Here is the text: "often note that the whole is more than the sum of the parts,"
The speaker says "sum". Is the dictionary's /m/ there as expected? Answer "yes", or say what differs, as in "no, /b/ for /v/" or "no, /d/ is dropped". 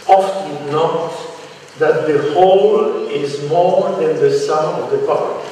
no, /m/ is dropped